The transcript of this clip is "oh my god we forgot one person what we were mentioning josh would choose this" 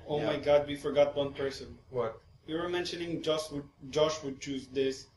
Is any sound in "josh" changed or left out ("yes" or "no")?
no